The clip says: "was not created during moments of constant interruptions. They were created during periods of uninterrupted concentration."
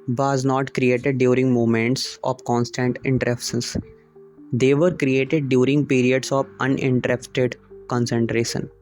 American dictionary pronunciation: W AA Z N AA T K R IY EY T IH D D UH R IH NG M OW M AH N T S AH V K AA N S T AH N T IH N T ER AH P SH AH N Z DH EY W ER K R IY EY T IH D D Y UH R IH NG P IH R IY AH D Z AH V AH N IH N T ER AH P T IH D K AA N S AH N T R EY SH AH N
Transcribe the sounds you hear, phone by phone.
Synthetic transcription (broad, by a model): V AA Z N AA T K R IY EY T IH D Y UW R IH NG M OW M AH N T S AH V K AA N S T AH N T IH N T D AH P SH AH N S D EY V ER K R IY EY T IH D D Y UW R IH NG P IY R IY AH D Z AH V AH N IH N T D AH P T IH D K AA N S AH N T R EY SH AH N